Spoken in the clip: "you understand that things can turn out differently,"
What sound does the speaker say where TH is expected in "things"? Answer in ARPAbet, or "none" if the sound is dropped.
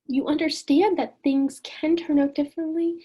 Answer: TH